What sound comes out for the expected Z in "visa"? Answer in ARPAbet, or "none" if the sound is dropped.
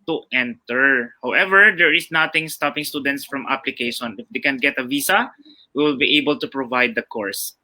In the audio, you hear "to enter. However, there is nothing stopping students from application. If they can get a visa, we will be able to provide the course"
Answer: S